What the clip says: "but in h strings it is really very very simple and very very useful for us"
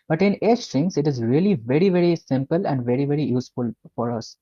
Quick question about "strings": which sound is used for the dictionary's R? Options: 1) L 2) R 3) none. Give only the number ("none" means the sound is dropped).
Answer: 3